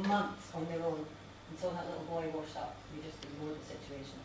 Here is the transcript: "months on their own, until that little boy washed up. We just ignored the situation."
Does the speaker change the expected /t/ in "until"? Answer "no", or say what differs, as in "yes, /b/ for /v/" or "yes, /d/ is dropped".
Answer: yes, /s/ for /t/